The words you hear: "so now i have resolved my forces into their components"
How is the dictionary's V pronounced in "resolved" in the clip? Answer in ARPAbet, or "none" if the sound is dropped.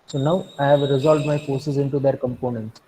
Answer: V